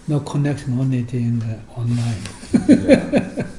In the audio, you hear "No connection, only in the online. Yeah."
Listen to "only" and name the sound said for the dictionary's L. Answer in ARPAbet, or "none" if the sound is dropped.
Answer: none